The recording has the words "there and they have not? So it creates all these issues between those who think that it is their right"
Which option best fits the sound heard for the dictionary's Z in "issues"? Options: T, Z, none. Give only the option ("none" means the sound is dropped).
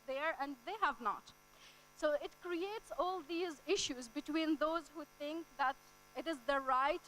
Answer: Z